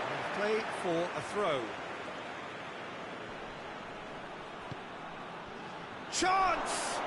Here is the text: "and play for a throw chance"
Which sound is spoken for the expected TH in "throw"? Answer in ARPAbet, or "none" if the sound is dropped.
TH